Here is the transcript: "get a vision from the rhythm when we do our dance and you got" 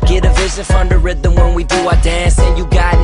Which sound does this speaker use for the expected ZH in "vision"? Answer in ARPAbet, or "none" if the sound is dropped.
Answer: S